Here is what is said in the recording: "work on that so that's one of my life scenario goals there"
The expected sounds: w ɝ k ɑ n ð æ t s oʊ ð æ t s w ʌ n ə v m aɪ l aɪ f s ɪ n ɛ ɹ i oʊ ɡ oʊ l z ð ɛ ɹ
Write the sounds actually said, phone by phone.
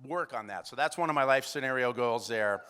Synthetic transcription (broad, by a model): w ɝ k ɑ n ð æ t s oʊ ð æ t s w ʌ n ə v m aɪ l aɪ f s ɪ n ɛ ɹ i oʊ ɡ oʊ l z ð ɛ ɹ